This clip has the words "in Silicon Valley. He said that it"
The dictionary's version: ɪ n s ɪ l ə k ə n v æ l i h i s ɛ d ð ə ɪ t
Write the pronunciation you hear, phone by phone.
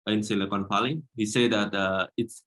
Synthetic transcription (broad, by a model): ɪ n s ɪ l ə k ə n f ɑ l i h i s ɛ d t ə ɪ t